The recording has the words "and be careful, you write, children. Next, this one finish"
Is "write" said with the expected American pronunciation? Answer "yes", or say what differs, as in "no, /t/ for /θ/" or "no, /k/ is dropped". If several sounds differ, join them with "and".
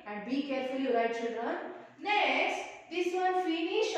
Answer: no, /l/ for /ɹ/